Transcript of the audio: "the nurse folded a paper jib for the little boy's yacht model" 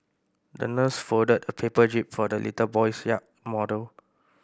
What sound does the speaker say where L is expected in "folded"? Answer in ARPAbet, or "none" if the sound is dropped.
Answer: none